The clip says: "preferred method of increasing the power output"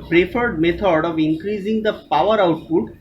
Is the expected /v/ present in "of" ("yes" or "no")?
yes